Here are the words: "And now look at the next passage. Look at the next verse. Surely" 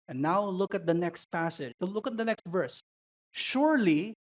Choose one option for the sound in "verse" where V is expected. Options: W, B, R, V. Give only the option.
V